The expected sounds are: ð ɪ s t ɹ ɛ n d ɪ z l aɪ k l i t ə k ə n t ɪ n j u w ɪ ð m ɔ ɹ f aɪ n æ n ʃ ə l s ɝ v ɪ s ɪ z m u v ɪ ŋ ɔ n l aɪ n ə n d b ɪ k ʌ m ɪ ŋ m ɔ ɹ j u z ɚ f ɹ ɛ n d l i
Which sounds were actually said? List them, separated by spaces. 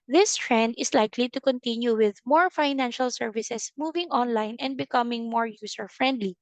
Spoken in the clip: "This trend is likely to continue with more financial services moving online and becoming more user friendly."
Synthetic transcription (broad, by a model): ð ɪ s t ɹ ɛ n d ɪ s l aɪ k l i t ə k ə n t ɪ n j u w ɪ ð m ɔ ɹ f aɪ n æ n ʃ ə l s ɝ v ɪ s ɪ s m u v ɪ ŋ ɔ n l aɪ n ə n d b ɪ k ʌ m ɪ ŋ m ɔ ɹ j u s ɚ f ɹ ɛ n d l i